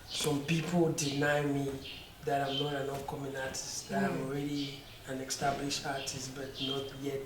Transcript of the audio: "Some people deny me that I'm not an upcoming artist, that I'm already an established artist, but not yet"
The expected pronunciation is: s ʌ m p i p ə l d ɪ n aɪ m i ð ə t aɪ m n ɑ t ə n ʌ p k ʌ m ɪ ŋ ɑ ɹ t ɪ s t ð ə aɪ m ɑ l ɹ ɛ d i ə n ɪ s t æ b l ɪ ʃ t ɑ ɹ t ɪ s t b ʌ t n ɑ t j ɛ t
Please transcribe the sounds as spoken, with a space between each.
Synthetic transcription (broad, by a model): s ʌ m p i p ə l d ɪ n aɪ m i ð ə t aɪ m n ɑ t ə n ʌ f k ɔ m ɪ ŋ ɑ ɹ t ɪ s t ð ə aɪ m ɑ l ɹ ɛ d i ə n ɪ s t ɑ b l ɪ ʃ ɑ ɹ t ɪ s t b ʌ t n ɑ t j ɛ t